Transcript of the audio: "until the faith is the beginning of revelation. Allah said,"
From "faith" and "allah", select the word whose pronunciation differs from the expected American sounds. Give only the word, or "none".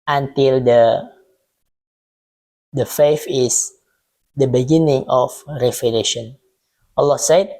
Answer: faith